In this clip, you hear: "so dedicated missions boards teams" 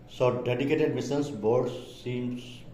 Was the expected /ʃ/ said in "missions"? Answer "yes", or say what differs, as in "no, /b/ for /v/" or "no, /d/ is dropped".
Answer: no, /s/ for /ʃ/